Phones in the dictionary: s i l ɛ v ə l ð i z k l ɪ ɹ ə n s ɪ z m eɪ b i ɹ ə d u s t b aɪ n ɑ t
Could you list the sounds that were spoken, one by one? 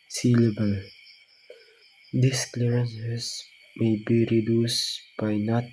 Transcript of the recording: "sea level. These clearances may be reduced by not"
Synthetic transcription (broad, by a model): s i l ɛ b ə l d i s k l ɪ ɹ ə n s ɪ s m eɪ b i ɹ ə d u s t b aɪ n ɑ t